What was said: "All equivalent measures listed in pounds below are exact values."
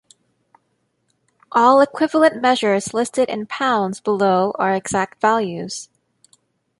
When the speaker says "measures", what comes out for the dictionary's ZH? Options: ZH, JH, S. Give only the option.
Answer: ZH